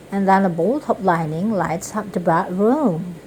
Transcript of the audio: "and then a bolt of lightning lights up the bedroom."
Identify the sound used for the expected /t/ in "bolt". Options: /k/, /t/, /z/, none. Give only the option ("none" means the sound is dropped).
/t/